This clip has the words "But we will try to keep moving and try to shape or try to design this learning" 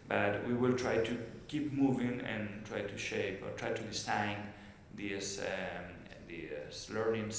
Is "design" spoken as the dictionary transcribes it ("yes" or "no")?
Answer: no